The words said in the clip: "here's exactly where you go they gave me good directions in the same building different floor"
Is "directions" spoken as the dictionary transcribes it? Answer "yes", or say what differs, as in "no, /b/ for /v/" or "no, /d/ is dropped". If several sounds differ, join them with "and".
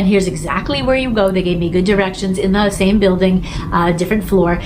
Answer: yes